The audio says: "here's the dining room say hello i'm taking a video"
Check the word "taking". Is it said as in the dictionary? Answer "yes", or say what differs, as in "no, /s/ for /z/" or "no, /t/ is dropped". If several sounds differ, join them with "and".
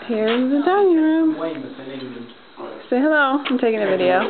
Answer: yes